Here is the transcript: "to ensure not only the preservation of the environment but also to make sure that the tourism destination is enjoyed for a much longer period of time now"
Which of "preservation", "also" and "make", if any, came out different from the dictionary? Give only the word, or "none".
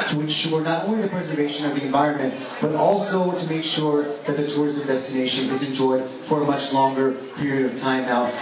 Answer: none